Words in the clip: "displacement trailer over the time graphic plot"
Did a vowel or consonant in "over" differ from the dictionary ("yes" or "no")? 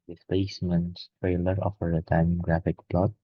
yes